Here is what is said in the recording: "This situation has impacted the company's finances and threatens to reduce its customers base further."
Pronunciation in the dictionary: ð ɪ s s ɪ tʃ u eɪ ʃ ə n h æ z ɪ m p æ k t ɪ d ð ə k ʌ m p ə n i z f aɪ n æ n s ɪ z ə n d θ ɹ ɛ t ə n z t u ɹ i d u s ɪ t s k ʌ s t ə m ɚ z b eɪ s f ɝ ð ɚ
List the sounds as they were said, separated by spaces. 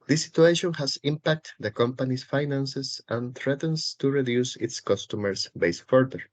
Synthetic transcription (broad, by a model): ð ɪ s s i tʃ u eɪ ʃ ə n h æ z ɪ m p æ k t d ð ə k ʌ m p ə n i s f aɪ n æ n s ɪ s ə n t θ ɹ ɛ t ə n s t u ɹ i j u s ɪ t s k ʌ s t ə m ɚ s b eɪ s f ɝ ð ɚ